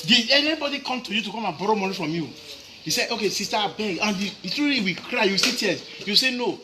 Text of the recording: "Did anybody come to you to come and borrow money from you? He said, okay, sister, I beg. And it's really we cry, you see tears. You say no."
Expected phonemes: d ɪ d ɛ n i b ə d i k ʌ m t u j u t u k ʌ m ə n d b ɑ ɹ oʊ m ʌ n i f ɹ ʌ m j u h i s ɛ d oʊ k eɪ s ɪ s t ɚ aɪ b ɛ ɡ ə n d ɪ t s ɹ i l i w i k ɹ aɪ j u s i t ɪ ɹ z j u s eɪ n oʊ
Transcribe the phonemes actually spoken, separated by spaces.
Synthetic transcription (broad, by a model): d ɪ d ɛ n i b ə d i k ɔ m t u j u t u k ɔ m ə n b ɑ ɹ oʊ m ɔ n i f ɹ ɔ m j u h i s ɛ d oʊ k eɪ s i s t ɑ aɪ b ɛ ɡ ə n d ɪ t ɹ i i w i k ɹ aɪ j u s i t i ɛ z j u s eɪ n oʊ